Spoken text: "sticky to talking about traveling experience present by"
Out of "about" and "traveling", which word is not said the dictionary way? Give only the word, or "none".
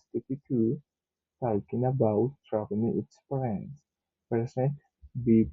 traveling